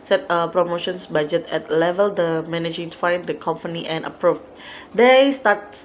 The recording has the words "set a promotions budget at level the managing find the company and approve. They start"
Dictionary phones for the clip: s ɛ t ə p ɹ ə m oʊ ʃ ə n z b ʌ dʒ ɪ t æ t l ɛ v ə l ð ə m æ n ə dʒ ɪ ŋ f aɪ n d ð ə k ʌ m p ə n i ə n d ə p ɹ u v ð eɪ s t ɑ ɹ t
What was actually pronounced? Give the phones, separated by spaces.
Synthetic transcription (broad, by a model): s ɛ t ə p ɹ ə m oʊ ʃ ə n s b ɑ dʒ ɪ t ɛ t l ɛ v ə l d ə m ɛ n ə dʒ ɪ ŋ f aɪ n d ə k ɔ m p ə n i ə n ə p ɹ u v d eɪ s t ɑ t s